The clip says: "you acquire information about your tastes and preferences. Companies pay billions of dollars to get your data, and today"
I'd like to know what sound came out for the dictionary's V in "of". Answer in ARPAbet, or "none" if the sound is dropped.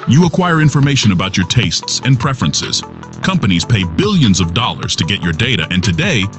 V